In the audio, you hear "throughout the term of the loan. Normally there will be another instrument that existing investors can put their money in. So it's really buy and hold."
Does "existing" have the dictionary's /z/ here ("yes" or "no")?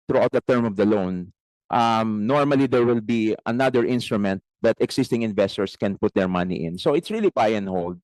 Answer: no